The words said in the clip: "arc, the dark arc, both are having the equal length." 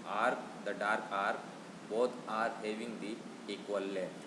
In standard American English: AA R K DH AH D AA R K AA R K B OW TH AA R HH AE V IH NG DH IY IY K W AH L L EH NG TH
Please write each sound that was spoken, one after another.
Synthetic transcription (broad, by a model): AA R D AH D AA R K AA R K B OW T AA R HH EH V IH NG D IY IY K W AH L L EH